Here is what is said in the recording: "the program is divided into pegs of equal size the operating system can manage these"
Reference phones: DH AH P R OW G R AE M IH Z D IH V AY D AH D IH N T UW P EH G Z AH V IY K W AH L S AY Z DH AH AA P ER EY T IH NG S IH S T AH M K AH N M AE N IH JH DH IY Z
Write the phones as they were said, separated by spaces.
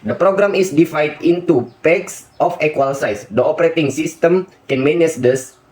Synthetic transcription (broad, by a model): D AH P R OW G R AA M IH S D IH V AY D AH N T UW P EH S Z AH F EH K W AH L S AY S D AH AA P ER EY T IH NG S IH S T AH M K AH N M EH N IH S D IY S